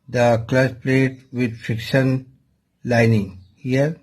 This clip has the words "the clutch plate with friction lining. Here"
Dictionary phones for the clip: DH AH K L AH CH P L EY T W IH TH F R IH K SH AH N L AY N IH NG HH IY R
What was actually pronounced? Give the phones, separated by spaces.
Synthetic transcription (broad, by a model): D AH K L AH S P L EY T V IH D F R IH K SH AH N L AY N IH NG HH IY R